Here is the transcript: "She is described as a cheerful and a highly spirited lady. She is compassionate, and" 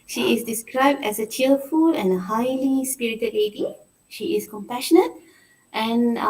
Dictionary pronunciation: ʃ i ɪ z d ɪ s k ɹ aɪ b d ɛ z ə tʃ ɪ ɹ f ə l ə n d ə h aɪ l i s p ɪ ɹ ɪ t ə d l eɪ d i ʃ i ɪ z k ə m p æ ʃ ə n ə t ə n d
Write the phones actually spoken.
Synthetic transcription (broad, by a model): ʃ i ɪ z d ɪ s k ɹ aɪ b d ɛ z ə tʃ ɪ l f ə l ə n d ə h aɪ l i s p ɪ ɹ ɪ t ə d l eɪ d i ʃ i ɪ s k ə m p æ ʃ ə n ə t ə n